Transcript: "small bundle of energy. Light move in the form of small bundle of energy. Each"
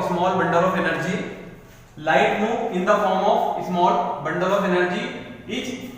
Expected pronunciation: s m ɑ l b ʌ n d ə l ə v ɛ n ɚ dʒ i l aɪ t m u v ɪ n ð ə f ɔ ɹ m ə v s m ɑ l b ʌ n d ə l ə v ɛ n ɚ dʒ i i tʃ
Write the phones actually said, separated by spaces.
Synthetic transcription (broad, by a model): s m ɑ l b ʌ n d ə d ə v ɛ n ɚ dʒ i l aɪ t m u ɪ n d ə f ɔ ɹ m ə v s m ɑ l b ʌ n d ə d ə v ɛ n ɚ dʒ i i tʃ